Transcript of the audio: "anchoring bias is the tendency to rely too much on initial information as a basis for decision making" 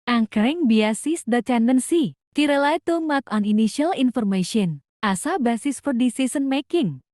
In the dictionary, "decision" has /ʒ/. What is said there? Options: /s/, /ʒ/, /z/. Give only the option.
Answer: /s/